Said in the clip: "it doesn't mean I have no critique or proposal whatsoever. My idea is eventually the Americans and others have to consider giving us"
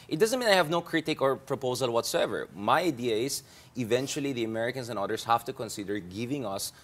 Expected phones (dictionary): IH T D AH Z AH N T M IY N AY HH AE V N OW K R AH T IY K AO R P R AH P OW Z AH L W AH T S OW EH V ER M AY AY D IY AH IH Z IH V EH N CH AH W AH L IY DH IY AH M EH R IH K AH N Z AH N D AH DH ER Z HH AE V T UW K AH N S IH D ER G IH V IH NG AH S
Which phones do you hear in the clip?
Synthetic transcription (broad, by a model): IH T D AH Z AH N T M IY N AY HH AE V N OW K R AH T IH K AO R P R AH P OW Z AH L W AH T S OW EH V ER M AY AY D IY AH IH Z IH V EH N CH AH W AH L IY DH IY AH M EH R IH K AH N S AH N D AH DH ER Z HH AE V T UW K AH N S IH D ER G IH V IH NG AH S